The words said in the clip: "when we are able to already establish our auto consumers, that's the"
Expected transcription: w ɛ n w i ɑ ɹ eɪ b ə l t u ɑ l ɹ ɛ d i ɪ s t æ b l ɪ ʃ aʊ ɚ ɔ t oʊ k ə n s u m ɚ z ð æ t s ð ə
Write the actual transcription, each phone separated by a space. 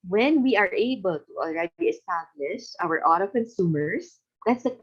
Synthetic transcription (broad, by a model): w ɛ n w i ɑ ɹ eɪ b ə l t u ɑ l ɹ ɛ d i ɪ s t æ b l ɪ ʃ aʊ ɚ ɔ t oʊ k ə n s u m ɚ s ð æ t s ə